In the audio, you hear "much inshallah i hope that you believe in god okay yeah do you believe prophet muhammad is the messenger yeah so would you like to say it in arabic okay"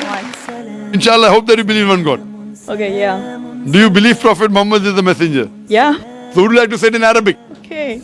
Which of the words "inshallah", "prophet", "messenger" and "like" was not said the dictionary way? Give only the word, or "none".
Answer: none